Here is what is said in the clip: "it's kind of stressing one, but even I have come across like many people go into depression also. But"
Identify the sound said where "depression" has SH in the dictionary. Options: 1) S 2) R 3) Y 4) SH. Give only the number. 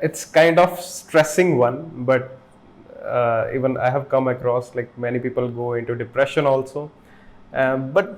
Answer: 4